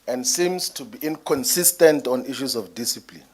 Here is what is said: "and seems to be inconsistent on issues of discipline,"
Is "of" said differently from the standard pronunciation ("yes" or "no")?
yes